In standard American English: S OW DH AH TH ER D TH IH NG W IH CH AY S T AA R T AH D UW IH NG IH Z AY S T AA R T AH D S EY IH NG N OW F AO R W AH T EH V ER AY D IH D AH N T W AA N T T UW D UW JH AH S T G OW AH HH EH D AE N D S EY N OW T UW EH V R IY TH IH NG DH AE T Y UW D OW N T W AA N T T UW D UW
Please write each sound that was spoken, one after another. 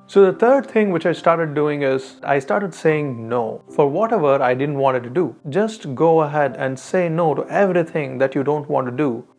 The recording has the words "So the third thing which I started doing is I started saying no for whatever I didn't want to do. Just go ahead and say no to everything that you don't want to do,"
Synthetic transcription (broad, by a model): S OW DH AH T ER D T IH NG W IH CH AY S T AA R T AH D UW IH NG IH Z AY S T AA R T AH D S EY IH NG N OW F AO R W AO T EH V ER AY D IH D AH N T W AA N T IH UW D UW JH AH S T G OW AH HH EH D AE N D S EY N OW T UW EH V R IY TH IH NG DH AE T Y UW D OW N T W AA N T T UW D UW